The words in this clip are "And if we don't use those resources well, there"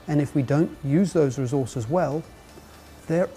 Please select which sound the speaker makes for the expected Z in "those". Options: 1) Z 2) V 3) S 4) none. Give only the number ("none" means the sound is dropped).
1